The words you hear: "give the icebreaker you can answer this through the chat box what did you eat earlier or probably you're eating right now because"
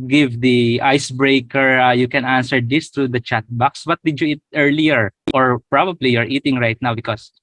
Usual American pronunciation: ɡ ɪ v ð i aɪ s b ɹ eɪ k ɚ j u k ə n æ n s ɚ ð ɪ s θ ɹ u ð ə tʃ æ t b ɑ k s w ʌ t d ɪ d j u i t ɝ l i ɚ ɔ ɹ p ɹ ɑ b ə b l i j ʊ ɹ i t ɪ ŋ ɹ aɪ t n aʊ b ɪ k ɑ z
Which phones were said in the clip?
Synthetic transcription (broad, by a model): ɡ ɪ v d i aɪ s b ɹ eɪ k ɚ j u k ə n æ n s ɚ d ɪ s t ɹ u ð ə tʃ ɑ t b ɑ k s w ʌ t d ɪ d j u i t ɝ l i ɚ ɔ ɹ p ɹ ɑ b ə b l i j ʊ ɹ i t ɪ ŋ ɹ aɪ t n aʊ b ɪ k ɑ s